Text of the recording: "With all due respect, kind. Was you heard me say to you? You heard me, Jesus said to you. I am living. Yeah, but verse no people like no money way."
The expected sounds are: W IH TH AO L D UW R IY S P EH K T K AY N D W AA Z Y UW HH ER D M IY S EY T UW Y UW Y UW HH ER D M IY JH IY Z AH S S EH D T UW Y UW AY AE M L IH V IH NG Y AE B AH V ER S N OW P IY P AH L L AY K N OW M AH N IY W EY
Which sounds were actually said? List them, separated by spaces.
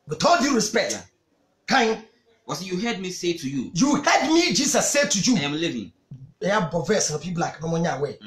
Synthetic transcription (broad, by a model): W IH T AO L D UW R IY S P EH K T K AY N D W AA S Y UW HH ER D M IY S EY T UW Y UW Y UW HH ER D M IY JH IY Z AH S S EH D T UW Y UW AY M L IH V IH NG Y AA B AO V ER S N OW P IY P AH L L AY K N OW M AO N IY W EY